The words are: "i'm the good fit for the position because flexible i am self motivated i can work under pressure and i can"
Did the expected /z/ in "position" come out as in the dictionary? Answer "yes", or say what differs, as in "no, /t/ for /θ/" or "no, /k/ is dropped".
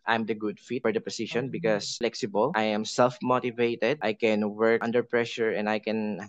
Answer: no, /s/ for /z/